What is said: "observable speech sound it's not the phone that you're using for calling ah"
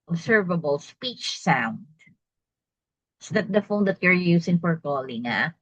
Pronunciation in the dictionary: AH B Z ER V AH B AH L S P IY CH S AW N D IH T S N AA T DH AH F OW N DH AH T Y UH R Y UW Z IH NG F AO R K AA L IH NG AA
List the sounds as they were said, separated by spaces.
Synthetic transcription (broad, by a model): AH B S ER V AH B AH L S P IY CH S AW N D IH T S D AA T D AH F OW N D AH T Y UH R Y UW S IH NG F AO R K AA L IH NG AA